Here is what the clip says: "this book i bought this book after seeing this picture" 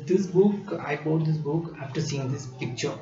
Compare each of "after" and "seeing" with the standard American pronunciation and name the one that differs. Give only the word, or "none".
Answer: none